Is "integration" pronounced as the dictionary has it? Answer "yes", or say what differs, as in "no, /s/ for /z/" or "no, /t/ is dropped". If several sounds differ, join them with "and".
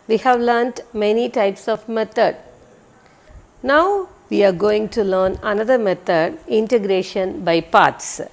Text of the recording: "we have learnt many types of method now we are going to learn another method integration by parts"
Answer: yes